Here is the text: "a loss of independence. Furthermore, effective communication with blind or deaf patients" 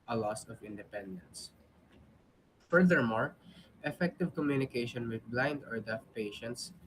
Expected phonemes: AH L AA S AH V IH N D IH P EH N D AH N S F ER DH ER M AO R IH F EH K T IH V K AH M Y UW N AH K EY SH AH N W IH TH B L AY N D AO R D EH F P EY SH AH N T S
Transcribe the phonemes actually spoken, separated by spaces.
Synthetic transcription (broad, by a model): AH L AA S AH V IH N D IH P EH N D AH N S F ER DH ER M AO R IH F EH K T IH V K AH M Y UW N AH K EY SH AH N W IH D B L AY N D AO R D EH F P EY SH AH N T S